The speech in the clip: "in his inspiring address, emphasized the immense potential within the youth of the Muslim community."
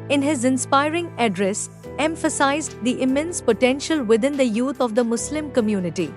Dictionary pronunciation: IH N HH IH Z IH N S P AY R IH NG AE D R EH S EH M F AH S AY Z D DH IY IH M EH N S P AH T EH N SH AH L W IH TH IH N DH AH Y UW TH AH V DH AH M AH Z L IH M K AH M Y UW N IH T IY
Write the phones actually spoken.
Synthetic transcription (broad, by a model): IH N HH IH Z IH N S P AY R IH NG AE D R EH S EH M F AH S AY Z D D IY IH M EH N S P AH T EH N SH AH L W IH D IH N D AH Y UW T AH V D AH M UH S L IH M K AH M Y UW N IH T IY